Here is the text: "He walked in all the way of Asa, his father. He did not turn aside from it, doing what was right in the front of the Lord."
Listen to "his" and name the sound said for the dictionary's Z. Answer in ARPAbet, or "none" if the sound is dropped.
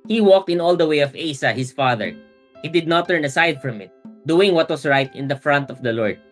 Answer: S